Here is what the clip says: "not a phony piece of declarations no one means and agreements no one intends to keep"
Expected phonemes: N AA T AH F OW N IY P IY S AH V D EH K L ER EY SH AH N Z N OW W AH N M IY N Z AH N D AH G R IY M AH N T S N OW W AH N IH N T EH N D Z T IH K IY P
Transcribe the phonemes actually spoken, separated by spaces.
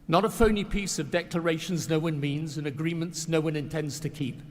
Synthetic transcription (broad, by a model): N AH T AH F OW N IY P IY S AH V D EH K L ER EY SH AH N Z N OW W AH N M IY N Z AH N AH G R IY M AH N T S N OW W AH N IH N T EH N D Z T IH K IY P